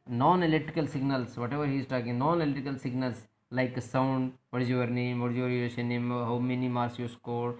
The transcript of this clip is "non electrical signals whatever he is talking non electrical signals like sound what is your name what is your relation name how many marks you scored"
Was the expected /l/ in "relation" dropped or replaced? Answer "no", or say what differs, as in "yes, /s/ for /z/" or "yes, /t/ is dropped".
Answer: yes, /l/ is dropped